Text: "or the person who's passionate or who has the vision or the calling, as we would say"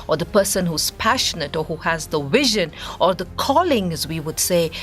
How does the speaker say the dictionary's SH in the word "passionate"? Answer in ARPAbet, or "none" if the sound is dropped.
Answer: SH